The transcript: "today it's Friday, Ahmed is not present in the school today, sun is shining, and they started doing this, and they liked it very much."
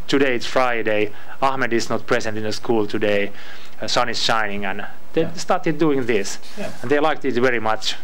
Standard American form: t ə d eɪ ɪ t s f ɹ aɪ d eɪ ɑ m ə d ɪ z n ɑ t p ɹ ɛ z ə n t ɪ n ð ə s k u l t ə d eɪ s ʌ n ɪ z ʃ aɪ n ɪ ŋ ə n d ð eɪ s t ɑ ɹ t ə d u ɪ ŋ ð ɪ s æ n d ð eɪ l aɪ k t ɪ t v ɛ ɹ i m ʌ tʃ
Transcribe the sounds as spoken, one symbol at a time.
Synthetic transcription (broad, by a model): t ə d eɪ ɪ t s f ɹ aɪ d eɪ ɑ m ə d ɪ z n ɑ t p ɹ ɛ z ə n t ɪ n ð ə s k u l t ə d eɪ s ʌ n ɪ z ʃ aɪ n ɪ ŋ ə n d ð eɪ s t ɑ ɹ t ə d u ɪ ŋ ð ɪ s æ n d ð eɪ l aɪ k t ɪ t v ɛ ɹ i m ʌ tʃ